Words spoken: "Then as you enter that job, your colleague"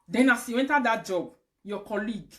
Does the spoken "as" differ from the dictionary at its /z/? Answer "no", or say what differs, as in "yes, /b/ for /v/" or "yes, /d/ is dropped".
yes, /s/ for /z/